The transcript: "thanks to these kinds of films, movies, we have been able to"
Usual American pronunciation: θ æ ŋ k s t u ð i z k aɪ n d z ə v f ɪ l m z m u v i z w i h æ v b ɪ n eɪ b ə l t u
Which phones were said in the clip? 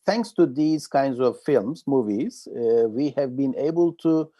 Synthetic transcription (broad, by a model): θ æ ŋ k s t u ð i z k aɪ n d z ə v f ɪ l m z m u v i z w i h æ v b ɪ n eɪ b ə l t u